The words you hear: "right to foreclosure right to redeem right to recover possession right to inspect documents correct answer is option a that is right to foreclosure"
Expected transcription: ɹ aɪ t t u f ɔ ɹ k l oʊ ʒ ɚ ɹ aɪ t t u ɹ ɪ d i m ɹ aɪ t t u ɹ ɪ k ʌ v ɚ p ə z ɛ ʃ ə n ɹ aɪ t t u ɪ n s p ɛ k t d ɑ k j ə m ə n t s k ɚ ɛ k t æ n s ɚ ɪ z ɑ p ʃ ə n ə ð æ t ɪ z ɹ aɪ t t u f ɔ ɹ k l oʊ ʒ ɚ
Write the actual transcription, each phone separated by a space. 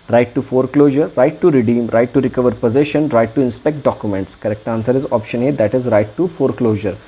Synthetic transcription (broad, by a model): ɹ aɪ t t u f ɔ ɹ k l oʊ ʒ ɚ ɹ aɪ t t u ɹ ɪ d i m ɹ aɪ t t u ɹ ɪ k ʌ v ɚ p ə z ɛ ʃ ə n ɹ aɪ t t u ɪ n s p ɛ k t d ɑ k j ə m ə n t s k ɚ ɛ k t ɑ n s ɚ ɪ z ɑ p ʃ ə n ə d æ t ɪ z ɹ aɪ t t u f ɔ ɹ k l oʊ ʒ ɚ